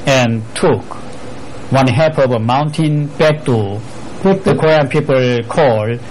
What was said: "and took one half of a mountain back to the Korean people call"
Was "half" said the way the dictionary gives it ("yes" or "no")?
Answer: no